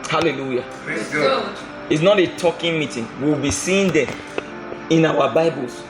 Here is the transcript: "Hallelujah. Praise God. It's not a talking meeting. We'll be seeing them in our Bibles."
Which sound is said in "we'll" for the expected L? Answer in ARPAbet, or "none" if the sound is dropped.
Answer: W